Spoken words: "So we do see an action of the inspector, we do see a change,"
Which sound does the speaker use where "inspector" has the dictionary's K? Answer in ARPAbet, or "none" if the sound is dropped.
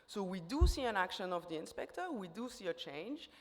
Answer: K